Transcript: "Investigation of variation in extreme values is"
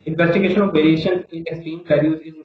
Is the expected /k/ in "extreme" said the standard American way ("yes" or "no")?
no